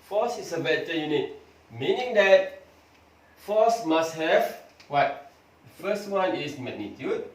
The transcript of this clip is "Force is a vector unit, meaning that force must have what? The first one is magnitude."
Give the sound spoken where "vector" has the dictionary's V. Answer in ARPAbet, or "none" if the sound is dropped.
B